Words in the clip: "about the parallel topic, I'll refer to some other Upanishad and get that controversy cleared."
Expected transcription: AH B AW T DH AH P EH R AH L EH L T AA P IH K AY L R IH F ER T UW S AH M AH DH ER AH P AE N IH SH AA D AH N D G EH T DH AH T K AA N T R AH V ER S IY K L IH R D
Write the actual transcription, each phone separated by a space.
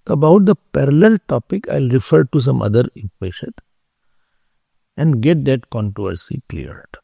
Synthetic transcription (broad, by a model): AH B AW T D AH P EH R AH L EH L T AA P IH K AY L R IH F ER T UW S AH M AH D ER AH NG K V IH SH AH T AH N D G EH T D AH T K AA N T R AH V ER S IY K L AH R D